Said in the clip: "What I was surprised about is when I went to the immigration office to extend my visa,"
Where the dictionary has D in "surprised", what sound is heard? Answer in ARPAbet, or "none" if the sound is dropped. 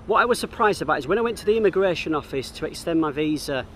D